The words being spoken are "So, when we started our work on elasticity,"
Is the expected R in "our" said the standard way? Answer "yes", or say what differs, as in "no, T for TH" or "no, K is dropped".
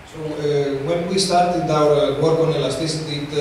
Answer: no, W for R